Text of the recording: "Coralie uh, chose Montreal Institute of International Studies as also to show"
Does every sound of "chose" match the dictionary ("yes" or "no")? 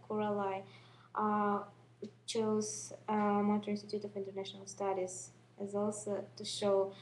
yes